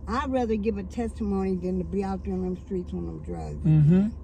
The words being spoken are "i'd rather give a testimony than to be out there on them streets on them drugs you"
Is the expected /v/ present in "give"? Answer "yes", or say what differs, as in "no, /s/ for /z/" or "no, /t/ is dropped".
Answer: yes